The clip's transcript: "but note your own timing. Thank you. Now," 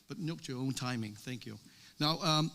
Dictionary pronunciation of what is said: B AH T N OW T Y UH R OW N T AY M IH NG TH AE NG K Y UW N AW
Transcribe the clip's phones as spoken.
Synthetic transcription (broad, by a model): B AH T N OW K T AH R OW N T AY M IH NG TH AE NG K Y UW N AW